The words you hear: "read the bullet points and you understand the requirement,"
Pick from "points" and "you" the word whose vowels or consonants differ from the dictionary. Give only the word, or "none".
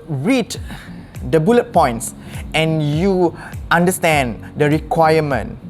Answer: none